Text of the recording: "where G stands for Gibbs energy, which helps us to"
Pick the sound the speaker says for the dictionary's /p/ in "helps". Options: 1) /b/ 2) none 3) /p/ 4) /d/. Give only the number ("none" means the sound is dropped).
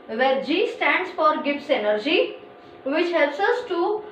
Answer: 2